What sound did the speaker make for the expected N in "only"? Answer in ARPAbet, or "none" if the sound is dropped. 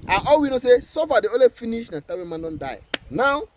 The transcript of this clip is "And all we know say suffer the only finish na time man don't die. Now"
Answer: none